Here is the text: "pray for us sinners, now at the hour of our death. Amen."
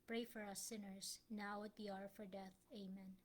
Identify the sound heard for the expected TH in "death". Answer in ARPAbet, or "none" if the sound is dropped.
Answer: TH